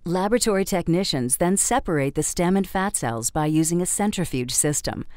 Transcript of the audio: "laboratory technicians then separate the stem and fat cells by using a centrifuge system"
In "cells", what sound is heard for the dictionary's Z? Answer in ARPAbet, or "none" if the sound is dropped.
Z